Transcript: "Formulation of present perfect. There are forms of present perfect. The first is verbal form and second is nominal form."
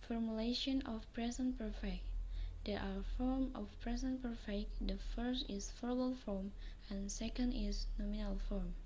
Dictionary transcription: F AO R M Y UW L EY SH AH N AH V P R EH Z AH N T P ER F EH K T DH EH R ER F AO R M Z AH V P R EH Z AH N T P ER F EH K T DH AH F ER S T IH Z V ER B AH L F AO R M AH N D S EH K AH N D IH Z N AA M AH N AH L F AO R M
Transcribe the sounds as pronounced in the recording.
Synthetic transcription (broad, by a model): F AO R M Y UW L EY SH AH N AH F P R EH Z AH N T P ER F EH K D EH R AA F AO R M AH F P R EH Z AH N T P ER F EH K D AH F ER S T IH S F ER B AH L F AO R M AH N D S EH K AH N D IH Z N AA M AH N AH L F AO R M